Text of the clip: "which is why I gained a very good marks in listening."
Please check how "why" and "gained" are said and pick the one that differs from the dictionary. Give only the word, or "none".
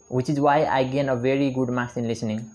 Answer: gained